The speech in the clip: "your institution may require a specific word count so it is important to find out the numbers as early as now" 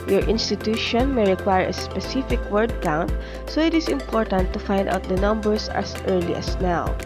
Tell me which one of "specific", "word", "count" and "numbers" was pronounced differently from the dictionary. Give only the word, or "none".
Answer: numbers